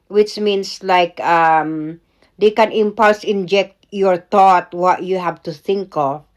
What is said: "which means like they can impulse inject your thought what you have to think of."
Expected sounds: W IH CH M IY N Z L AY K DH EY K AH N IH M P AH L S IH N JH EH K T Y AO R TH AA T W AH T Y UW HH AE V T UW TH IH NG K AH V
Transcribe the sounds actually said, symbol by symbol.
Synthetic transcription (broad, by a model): W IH CH M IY N S L AY K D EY K AH N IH M P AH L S IH N JH EH K T Y AO R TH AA T W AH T Y UW HH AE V T UW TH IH NG K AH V